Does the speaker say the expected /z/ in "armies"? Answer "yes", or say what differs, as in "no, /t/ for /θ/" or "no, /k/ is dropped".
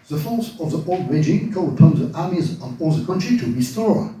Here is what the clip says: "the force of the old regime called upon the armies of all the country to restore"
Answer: yes